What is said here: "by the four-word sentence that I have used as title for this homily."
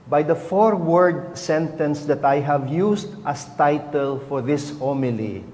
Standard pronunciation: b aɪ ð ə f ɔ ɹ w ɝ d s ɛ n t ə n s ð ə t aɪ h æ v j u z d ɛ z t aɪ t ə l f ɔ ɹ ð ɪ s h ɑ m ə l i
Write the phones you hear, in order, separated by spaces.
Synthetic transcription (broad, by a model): b aɪ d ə f ɔ ɹ w ɝ d s ɛ n t ə n s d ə t aɪ h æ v j u s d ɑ s t aɪ t ə l f ɔ ɹ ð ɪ s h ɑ m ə l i